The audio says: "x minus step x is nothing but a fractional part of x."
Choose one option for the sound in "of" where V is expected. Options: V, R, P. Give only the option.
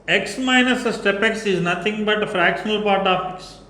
P